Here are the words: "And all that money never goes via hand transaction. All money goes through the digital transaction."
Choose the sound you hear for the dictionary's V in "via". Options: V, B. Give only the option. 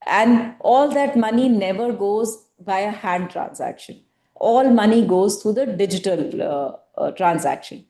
B